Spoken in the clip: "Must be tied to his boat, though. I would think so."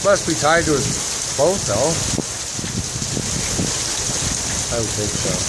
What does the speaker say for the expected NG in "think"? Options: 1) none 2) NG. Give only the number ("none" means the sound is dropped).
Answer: 1